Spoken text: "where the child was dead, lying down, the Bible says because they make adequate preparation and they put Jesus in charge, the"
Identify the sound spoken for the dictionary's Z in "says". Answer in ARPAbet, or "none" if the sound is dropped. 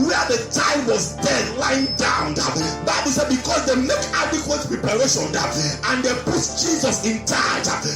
none